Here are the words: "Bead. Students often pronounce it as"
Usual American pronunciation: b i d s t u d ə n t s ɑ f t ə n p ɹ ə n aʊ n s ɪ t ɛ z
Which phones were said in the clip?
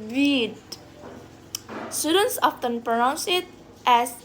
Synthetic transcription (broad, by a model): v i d s t u d ə n t s ɑ f t ə n p ɹ ə n aʊ n s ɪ t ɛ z